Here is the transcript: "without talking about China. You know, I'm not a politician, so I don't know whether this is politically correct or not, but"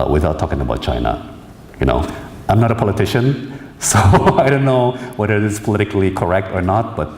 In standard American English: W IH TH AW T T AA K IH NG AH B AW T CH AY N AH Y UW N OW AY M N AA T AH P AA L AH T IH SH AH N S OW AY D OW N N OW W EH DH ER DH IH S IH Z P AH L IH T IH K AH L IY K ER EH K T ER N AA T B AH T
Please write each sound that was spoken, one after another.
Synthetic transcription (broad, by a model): W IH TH AW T T AA K IH NG AH B AW T CH AY N AH Y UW N OW AY M N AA T AH P AA L AH T IH SH AH N S OW AY D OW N N OW W EH DH ER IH IH S P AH L IH T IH K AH L IY K ER EH K T ER N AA T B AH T